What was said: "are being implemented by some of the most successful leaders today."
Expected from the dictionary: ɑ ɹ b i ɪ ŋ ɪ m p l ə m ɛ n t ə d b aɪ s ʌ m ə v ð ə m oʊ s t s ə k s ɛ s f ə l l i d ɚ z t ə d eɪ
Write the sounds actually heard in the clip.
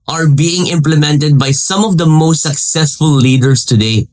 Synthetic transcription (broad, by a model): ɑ ɹ b i ɪ ŋ ɪ m p l ə m ɛ n t ə d b aɪ s ʌ m ə v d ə m oʊ s t s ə k s ɛ s f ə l l i d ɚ s t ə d eɪ